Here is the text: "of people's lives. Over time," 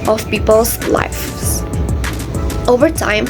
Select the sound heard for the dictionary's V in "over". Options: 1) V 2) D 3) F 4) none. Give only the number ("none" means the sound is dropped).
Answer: 1